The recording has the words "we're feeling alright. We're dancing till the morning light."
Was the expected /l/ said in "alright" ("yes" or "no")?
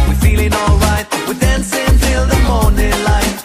yes